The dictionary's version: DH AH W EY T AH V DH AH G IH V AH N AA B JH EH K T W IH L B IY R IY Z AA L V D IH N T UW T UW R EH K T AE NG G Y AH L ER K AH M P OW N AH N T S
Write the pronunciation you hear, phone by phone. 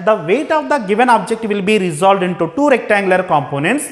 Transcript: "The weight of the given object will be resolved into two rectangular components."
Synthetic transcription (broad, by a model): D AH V EY T AH V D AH G IH V AH N AA B JH EH K T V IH L B IY R IY Z AA L V D IH N T UW T UW R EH K T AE NG G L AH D K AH M P OW N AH N T S